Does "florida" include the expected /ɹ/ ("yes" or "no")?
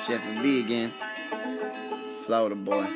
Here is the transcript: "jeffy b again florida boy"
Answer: no